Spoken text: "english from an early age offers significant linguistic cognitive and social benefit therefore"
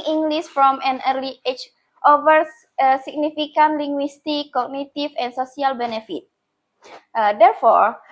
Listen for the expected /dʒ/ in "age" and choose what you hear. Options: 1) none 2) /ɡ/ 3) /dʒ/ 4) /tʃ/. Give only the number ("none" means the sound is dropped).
4